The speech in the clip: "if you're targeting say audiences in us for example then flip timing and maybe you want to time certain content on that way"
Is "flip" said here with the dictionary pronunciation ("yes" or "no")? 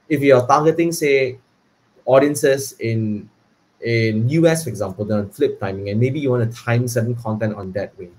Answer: yes